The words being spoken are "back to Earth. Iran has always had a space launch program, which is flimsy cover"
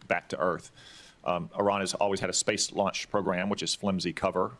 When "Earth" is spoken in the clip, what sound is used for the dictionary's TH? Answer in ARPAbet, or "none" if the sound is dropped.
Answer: TH